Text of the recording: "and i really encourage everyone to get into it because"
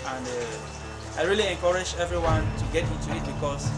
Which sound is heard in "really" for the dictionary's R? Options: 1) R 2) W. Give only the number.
1